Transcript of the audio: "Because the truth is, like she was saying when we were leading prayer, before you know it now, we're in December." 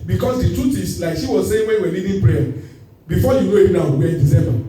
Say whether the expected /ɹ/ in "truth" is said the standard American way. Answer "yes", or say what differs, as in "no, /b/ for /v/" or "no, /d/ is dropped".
no, /ɹ/ is dropped